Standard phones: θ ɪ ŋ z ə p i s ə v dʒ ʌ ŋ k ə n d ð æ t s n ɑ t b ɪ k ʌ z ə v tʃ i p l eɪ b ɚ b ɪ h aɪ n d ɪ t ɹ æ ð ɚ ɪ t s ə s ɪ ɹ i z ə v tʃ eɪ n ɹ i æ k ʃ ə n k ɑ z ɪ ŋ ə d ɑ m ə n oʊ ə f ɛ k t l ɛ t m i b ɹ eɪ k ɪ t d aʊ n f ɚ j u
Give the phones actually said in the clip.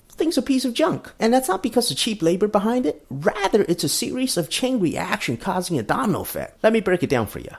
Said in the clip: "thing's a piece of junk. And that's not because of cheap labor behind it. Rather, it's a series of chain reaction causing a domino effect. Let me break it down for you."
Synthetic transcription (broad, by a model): θ ɪ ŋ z ə p i s ə v dʒ ʌ ŋ k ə n ð æ t s n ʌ t b ɪ k ʌ z ə v tʃ i p l eɪ b ɚ b ɪ h aɪ n d ɪ t ɹ æ ð ɚ ɪ t s ə s ɪ ɹ i z ə v tʃ eɪ n ɹ i æ k ʃ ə n k ɑ z ɪ ŋ ə d ɑ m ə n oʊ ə f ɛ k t l ɛ t m i b ɹ eɪ k ɪ t d aʊ n f ɚ j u